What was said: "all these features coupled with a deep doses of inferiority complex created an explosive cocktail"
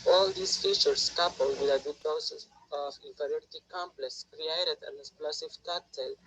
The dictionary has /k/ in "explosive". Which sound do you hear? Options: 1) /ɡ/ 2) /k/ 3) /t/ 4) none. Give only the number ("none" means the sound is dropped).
4